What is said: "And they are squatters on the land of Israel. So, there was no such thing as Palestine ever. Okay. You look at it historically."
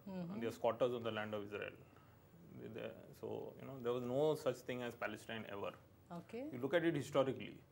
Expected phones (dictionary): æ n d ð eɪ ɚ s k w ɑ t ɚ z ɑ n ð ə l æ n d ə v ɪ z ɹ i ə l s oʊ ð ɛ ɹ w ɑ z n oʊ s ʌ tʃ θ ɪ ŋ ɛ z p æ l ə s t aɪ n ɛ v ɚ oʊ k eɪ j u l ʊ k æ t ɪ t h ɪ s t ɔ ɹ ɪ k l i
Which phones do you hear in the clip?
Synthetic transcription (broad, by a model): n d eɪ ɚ s k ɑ t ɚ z ɑ n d ə l æ n d ə v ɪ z ɹ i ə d s oʊ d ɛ ɹ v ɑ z n oʊ s ʌ tʃ t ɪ ŋ ɛ z p æ l ə s t aɪ n ɛ v ɚ oʊ k eɪ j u l ʊ k æ t ɪ t h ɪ s t ɔ ɹ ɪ k l i